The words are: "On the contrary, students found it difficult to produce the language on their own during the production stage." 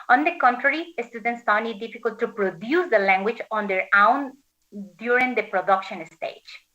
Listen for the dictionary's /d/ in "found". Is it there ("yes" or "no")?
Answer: no